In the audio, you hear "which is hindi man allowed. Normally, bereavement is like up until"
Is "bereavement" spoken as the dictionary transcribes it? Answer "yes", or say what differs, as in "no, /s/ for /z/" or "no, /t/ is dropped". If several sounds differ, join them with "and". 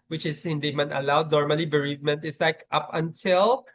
yes